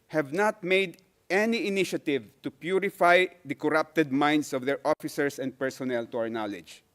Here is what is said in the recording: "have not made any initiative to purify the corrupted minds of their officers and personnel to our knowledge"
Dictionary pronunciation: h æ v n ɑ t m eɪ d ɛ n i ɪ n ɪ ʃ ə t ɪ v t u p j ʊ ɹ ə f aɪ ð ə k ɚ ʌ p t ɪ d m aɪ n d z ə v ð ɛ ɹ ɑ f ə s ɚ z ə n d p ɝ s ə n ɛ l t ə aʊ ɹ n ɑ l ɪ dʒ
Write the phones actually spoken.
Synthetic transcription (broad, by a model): h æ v n ɑ t m eɪ d ɛ n i ɪ n ɪ ʃ ə t ɪ v t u p j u ɹ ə f aɪ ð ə k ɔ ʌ p t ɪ d m aɪ n d s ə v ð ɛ ɹ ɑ f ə s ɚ s ə n d p ɝ s ə n ɛ l t ə aʊ ɹ n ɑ l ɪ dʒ